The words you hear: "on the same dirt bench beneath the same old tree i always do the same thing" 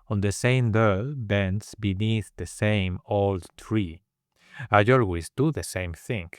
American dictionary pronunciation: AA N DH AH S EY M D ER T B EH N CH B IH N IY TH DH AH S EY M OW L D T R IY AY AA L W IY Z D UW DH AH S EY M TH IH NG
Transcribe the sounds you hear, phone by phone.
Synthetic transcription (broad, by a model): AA N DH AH S EY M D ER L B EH N S B IH N IY TH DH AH S EY M OW L D T R IY AY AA L W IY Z D UW DH AH S EY M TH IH NG